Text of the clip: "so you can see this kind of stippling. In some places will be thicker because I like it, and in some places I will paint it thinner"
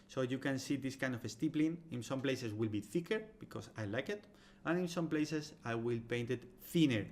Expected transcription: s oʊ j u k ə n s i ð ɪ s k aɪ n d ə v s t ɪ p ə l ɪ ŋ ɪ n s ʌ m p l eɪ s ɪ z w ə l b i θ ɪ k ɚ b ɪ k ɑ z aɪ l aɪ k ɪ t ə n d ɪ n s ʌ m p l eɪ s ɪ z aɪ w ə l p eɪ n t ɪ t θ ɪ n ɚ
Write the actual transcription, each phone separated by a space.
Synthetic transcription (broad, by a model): s oʊ j u k ə n s i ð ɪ s k aɪ n d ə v s t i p l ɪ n ɪ n s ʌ m p l eɪ s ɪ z w ə l b i θ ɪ k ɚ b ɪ k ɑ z aɪ l aɪ k ɪ t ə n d ɪ n s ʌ m p l eɪ s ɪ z aɪ w ə l p eɪ n t ɪ t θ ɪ n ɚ